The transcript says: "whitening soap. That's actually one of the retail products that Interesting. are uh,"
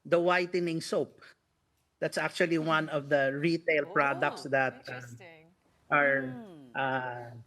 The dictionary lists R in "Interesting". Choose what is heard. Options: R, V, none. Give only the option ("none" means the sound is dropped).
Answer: none